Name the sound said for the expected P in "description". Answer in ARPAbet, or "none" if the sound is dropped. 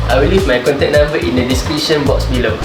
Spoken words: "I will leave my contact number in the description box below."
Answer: none